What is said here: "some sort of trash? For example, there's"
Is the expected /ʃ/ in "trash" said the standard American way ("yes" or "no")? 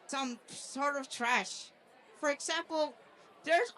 yes